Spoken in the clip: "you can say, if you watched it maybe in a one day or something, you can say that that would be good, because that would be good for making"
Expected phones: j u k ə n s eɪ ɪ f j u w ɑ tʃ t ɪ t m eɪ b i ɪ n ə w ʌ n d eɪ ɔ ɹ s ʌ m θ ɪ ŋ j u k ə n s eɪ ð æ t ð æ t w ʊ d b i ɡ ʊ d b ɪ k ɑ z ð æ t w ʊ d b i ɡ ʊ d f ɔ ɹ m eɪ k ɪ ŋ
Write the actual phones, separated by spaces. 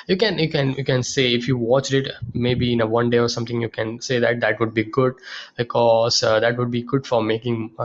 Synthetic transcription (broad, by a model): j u k ə n s eɪ ɪ f j u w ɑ tʃ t ɪ t m eɪ b i ɪ n ə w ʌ n d eɪ ɔ ɹ s ʌ m t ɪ ŋ j u k ə n s eɪ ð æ t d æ t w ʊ d b i ɡ ʊ d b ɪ k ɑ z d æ t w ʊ d b i ɡ ʊ d f ɔ ɹ m eɪ k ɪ ŋ